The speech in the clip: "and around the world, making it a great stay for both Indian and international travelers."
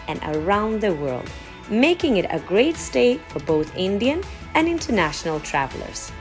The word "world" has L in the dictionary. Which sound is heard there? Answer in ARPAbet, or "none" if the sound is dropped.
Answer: L